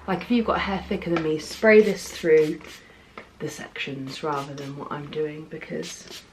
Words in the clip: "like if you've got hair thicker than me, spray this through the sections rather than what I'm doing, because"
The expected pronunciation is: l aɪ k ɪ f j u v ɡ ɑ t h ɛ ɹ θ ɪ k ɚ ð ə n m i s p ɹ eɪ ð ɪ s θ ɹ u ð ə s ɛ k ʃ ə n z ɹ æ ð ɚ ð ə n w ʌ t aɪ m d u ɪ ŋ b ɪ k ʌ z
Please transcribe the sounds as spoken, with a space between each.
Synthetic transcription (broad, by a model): l aɪ k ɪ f j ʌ v ɡ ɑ t h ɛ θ ɪ k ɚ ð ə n m i s p ɹ eɪ ð ɪ s θ ɹ u ð ə s ɛ k ʃ ə n z ɹ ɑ ð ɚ ð ə n w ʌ t aɪ m d u ɪ ŋ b ɪ k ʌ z